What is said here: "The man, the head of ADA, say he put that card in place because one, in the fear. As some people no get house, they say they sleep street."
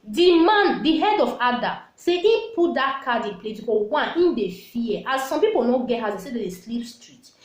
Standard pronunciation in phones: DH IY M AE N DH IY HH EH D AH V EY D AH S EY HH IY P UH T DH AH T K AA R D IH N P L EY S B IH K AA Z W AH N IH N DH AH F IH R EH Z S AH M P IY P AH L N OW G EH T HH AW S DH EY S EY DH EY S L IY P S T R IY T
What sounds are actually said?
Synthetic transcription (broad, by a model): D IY M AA N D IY HH EH D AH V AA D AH S EY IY P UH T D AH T K AA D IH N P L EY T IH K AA W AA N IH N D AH F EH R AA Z S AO M P IY P AH L N OW G EH T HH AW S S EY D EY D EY S L IY P S T R IY T